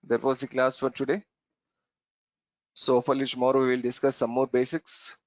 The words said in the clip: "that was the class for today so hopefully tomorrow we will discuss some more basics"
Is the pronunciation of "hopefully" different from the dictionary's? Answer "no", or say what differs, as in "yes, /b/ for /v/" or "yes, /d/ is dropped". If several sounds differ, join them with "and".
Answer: yes, /p/ is dropped